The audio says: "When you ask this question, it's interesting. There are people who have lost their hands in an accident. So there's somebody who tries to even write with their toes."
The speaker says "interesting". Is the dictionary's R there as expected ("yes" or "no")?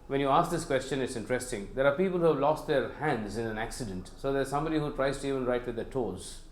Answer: yes